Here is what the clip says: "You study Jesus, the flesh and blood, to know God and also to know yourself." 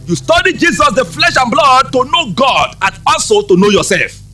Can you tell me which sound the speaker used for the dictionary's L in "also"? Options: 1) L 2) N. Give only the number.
2